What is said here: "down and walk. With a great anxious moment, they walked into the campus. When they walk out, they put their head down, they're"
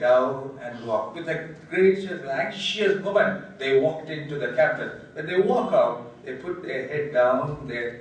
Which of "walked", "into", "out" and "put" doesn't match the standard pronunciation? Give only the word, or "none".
none